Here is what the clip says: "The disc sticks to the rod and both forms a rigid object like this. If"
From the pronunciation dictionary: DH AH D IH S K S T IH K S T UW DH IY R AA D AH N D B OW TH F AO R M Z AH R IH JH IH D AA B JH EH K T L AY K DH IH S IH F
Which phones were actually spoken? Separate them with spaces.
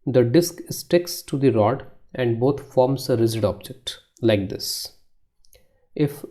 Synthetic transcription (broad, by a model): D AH D IH S K S T IH K S T UW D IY R AA D AH N D B OW T F AO R M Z AH R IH Z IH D AA B JH EH K T L AY K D IH S IH F